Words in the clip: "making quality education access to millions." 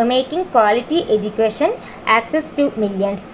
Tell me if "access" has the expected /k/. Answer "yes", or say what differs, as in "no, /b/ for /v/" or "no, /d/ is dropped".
yes